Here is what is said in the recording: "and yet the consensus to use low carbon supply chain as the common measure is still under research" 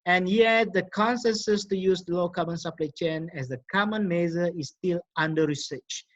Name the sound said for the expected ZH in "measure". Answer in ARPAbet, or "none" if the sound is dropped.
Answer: Z